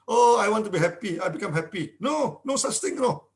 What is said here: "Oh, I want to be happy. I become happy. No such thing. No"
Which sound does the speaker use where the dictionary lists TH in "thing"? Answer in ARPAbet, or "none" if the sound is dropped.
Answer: T